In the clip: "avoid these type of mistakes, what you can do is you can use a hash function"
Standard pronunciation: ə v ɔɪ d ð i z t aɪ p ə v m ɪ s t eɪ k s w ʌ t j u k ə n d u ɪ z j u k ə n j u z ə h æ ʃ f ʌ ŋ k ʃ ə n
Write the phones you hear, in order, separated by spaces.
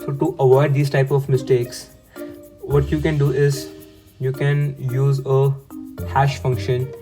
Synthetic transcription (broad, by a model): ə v ɔɪ d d i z t aɪ p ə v m ɪ s t eɪ k s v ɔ t j u k ə n d u ɪ z j u k ə n j u z ə h æ ʃ f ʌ ŋ k ʃ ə n